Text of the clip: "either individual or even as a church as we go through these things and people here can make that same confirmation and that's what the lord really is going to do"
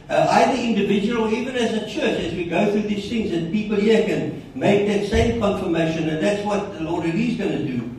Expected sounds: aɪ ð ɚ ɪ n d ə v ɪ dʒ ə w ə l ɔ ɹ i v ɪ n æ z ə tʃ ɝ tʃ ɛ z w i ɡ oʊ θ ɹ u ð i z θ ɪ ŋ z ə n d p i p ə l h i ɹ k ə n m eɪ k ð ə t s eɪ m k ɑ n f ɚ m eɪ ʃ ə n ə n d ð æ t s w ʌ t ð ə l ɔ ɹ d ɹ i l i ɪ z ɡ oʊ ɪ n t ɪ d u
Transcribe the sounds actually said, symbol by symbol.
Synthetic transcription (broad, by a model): aɪ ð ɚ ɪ n d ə v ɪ dʒ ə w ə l ɔ ɹ i v ɪ n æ z ə tʃ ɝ tʃ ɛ z w i ɡ oʊ θ ɹ u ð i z θ ɪ ŋ z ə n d p i p ə l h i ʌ k ə n m eɪ k ð ə t s eɪ m k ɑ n f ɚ m eɪ ʃ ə n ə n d ð æ t s w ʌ t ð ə l ɔ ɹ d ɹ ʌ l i z ɡ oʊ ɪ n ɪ d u